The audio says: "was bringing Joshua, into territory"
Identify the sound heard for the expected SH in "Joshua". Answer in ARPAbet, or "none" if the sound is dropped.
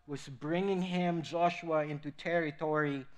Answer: SH